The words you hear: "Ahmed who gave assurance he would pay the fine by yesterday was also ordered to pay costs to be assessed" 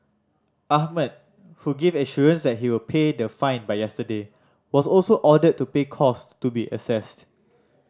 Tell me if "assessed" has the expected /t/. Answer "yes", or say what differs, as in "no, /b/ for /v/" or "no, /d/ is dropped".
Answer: yes